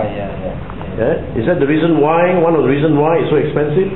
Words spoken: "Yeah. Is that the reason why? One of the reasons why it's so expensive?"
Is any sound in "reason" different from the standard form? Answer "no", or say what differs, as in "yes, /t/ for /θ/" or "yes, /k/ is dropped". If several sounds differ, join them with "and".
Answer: no